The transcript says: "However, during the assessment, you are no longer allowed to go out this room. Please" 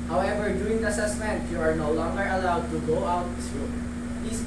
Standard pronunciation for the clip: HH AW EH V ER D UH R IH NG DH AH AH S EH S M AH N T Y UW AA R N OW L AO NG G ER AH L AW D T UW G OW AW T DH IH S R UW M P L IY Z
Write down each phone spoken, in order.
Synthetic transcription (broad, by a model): HH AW EH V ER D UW IH NG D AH AH S EH S M AH N T Y UW AA R N OW L AO NG G ER AH L AW D T UW G OW AW T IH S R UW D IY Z